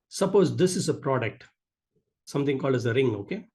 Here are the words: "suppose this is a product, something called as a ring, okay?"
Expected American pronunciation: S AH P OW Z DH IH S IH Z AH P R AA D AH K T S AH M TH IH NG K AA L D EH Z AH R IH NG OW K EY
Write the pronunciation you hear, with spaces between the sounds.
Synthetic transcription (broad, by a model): S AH P OW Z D IH S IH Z AH P R AA D AH K T S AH M T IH NG K AA L D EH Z AH R IH NG OW K EY